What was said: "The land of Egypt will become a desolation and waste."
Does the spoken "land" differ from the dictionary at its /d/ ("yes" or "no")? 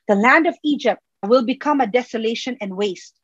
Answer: no